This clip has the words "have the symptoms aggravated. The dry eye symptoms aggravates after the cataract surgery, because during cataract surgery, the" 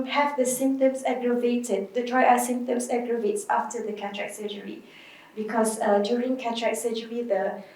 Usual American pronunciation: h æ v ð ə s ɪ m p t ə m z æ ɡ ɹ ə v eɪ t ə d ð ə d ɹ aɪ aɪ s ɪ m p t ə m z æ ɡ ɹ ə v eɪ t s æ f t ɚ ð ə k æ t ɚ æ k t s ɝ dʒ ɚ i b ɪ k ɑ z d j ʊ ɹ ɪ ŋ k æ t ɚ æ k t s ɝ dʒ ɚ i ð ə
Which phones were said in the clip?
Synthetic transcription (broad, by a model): h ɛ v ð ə s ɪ m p t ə m s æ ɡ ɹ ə v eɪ t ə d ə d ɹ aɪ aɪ s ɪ m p t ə m s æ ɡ ɹ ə v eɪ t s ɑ f t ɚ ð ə k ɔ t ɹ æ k s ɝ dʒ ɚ i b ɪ k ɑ s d j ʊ ɹ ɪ ŋ k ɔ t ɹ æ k s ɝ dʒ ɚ i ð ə